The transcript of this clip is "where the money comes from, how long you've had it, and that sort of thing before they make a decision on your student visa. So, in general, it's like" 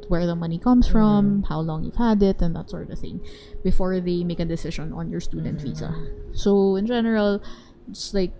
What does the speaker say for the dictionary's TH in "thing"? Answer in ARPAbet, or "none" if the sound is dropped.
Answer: TH